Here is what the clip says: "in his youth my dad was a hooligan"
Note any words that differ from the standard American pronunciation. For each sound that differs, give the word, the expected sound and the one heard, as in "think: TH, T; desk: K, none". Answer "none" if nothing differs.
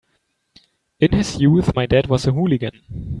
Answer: none